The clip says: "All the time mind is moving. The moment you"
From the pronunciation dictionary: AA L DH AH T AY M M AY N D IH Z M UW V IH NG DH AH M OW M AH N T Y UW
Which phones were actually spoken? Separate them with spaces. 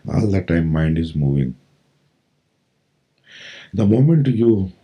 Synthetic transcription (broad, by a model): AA L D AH T AY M M AY N D IH Z M UW V IH NG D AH M OW M AH N T Y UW